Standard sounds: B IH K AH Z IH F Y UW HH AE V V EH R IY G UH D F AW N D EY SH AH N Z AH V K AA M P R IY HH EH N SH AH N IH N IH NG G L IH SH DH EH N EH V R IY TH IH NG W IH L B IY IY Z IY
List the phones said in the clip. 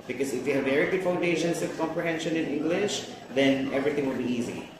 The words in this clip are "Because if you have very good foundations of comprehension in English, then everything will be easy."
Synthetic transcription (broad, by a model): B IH K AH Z IH F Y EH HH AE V V EH R IY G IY F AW N D EY SH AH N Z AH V K AA M P R IY HH EH N SH AH N IH N IH NG G L IH SH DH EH N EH V R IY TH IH NG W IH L B IY IY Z IY